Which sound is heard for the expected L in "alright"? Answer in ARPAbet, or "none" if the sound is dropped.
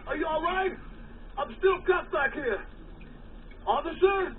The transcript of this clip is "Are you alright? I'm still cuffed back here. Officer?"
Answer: L